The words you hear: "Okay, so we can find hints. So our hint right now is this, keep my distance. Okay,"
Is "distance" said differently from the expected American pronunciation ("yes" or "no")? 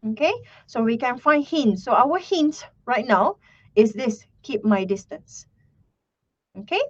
no